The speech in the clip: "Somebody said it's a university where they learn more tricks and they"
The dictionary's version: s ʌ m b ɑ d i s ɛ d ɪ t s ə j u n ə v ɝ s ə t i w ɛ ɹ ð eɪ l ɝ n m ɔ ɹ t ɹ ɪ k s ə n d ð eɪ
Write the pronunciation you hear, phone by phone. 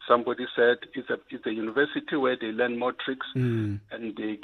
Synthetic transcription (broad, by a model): s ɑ m b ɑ d i s ɛ d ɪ s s ə j u n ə v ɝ s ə t i w ɛ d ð eɪ l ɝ n m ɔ t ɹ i k s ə n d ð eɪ